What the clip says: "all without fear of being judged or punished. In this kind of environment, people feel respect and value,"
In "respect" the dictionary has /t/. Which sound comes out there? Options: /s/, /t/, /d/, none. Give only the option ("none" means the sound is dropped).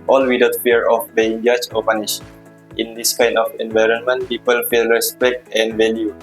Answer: /t/